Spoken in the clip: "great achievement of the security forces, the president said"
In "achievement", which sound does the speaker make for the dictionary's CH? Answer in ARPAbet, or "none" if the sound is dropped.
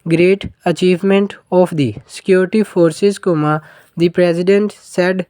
CH